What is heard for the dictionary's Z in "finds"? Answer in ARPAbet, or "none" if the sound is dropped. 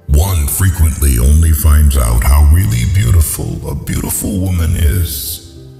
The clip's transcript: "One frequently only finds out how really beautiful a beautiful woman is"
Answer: Z